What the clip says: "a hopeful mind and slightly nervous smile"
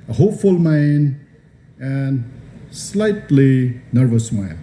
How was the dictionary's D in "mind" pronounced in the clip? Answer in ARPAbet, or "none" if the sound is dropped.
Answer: none